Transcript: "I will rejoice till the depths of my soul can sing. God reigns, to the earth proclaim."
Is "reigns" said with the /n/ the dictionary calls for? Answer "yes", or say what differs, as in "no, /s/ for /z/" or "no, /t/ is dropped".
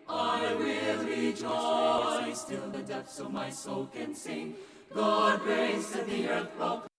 no, /n/ is dropped